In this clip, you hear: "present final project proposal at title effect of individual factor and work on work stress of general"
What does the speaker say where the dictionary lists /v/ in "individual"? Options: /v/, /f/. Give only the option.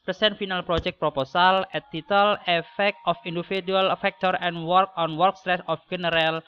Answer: /f/